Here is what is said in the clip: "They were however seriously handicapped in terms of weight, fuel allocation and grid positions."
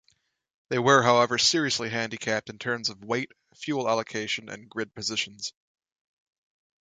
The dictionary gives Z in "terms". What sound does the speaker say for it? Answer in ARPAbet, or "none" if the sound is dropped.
Z